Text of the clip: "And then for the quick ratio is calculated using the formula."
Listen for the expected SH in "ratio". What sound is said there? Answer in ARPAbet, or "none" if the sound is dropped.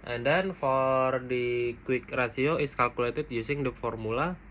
S